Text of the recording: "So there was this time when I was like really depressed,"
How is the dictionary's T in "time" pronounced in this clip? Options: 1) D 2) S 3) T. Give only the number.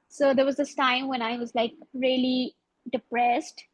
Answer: 3